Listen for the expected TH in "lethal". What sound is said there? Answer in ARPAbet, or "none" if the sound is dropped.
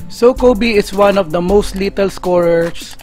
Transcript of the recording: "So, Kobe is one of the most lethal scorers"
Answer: T